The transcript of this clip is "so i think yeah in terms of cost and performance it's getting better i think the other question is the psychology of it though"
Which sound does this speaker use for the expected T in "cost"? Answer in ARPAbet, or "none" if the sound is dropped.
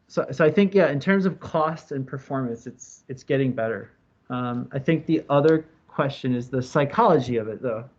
T